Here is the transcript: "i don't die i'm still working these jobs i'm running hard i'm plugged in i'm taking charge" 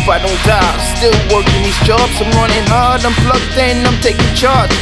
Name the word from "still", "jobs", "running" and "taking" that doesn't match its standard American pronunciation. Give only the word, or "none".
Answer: none